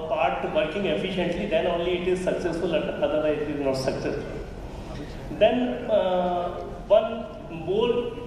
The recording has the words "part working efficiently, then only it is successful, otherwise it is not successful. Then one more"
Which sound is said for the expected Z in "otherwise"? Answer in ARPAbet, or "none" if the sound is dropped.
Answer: none